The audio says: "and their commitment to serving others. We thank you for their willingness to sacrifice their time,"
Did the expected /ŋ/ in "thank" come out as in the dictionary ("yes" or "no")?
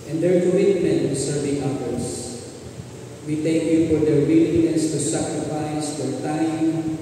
no